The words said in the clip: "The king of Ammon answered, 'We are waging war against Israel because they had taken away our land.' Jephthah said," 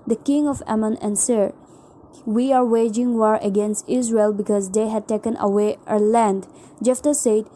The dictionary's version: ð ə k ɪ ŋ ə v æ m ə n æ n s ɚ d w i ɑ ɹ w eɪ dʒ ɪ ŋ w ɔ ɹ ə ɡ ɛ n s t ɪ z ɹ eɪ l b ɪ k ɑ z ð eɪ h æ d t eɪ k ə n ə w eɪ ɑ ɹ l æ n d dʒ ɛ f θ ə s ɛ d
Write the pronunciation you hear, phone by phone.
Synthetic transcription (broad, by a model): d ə k ɪ ŋ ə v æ m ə n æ n s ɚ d w i ɑ ɹ w eɪ dʒ ɪ ŋ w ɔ ɹ ə ɡ ɛ n s t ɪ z ɹ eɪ l b ɪ k ɑ z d eɪ h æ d t eɪ k ə n ə w eɪ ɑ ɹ l æ n d dʒ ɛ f t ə s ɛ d